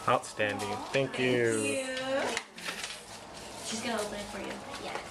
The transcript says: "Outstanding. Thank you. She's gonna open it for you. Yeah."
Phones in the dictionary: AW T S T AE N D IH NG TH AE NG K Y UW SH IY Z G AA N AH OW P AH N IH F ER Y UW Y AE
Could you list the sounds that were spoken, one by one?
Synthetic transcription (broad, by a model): AW T S T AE N D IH NG TH AE NG K Y UW SH IY Z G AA L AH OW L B IH F ER Y UW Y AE